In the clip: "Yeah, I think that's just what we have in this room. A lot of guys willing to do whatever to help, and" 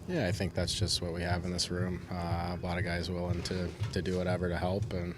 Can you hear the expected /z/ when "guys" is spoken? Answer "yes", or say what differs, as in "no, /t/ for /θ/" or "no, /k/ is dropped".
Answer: yes